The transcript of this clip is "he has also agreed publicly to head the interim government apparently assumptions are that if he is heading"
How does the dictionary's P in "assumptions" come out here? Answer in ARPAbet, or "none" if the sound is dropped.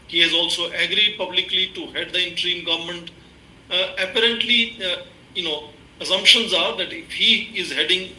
P